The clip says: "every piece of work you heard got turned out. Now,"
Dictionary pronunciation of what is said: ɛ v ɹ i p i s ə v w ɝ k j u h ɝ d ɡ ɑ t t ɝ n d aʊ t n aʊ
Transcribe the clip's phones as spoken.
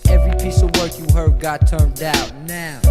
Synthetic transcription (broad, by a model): ɛ v ɹ i p i s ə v w ɝ k j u h ɝ d ɡ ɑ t t ɝ n d aʊ t n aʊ